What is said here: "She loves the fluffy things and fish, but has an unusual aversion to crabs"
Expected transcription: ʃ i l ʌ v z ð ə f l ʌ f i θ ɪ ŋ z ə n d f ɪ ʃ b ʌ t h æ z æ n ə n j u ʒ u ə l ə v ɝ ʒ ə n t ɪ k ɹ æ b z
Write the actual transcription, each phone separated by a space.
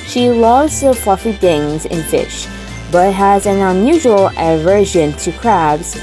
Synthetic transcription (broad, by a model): ʃ i l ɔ z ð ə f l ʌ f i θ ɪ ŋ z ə n f ɪ ʃ b ʌ t h æ z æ n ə n j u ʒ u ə l ə v ɝ ʒ ə n t ɪ k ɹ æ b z